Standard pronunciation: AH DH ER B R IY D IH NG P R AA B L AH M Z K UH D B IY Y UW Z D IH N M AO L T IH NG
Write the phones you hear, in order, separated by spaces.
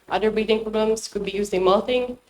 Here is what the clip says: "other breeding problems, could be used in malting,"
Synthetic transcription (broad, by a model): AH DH ER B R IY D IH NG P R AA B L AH M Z K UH D B IY Y UW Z IH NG M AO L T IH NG